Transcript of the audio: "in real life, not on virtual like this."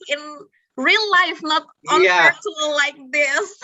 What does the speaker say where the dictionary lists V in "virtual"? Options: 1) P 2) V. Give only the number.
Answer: 1